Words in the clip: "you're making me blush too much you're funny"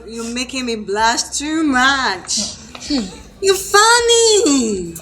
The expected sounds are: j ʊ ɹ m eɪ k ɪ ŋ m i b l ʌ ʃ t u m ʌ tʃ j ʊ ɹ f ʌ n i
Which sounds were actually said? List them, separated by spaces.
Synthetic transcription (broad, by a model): j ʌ m eɪ k ɪ ŋ m i b l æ s t u m ʌ tʃ j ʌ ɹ f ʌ n i